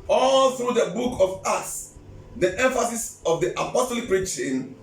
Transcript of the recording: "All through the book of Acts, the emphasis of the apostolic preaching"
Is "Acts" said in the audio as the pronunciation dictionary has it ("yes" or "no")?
no